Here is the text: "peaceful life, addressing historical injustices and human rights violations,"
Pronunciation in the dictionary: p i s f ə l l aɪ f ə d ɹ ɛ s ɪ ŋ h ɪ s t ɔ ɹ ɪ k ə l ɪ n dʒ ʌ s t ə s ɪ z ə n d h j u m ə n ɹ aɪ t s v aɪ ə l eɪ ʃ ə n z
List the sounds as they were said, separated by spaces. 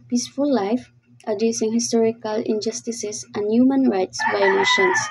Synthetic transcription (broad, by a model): p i s f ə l l aɪ f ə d ɛ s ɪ ŋ h ɪ s t ɔ ɹ ɪ k ə l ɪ n dʒ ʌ s t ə s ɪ s ə n d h j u m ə n ɹ aɪ t s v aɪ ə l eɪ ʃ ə n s